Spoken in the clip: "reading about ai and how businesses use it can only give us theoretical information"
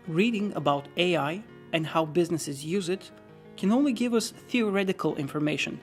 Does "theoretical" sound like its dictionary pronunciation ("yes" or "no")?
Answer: yes